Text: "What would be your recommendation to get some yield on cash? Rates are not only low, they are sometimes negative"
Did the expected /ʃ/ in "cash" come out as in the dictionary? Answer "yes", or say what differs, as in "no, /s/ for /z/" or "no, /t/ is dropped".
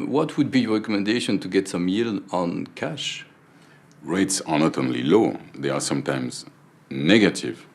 yes